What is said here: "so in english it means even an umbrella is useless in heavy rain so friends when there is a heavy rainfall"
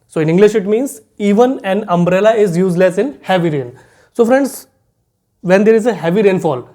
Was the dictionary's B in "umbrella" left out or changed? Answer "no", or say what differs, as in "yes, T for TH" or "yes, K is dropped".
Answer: no